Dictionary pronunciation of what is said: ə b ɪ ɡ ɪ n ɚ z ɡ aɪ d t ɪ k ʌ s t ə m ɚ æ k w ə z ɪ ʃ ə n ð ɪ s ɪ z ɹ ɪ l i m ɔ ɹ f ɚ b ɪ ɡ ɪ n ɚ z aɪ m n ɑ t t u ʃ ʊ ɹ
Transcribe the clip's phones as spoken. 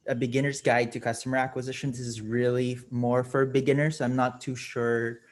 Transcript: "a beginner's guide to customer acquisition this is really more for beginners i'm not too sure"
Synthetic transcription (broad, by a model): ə b ɪ ɡ ɪ n ɚ z ɡ aɪ d t ɪ k ʌ s t ə m ɚ æ k w ə z ɪ ʃ ə n ð ɪ s ɪ z ɹ ɪ l i m ɔ ɹ f ɚ b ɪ ɡ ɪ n ɚ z aɪ m n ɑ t t u ʃ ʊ ɹ